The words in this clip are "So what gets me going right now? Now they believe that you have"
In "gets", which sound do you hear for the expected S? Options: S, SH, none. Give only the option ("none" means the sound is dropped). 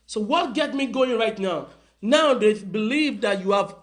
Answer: none